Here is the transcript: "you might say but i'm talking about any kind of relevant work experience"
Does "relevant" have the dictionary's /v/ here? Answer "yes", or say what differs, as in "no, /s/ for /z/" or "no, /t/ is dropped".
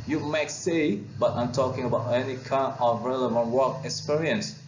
yes